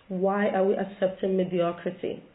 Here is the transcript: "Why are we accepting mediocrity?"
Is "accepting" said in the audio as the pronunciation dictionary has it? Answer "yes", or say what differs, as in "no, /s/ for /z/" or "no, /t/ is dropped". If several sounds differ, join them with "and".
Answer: yes